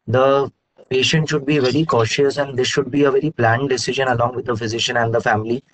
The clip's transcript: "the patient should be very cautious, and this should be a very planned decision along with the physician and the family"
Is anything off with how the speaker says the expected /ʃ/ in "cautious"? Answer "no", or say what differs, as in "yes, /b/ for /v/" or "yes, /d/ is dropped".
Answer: no